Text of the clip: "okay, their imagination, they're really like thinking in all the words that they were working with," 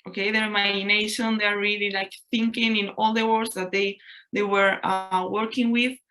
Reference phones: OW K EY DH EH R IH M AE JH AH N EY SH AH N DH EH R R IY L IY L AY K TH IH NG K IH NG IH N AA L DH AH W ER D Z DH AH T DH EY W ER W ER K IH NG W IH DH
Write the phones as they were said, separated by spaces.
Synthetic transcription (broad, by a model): OW K EY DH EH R M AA AH N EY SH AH N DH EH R R IY L IY L AY K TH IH NG K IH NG IH N AA L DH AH W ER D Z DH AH T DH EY W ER W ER K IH NG W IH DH